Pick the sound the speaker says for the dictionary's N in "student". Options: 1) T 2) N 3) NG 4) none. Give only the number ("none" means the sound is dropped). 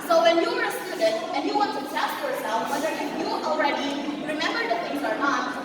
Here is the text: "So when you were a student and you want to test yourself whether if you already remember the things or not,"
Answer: 4